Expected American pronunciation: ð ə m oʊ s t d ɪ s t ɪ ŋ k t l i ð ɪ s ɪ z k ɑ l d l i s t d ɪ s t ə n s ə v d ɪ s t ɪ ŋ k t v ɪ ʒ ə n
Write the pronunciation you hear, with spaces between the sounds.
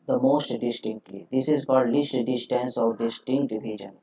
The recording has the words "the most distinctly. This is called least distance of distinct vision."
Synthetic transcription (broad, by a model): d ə m oʊ s t d ɪ s t ɪ ŋ k t l i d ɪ s ɪ z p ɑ d l i s t d ɪ s t ə n s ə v d ɪ s t ɪ ŋ k t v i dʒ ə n